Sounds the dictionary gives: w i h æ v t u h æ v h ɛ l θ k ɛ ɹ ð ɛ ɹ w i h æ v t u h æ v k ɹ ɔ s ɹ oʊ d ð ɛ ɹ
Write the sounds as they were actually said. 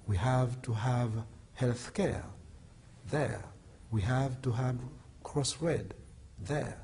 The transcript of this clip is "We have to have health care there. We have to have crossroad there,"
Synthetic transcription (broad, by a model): w i h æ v t u h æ v h ɛ l θ k ɛ ɹ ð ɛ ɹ w i h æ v t u h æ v k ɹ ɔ s ɹ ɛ d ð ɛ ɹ